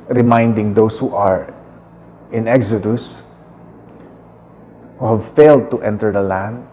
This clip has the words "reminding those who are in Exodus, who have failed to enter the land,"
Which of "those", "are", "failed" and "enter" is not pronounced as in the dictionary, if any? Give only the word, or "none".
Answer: those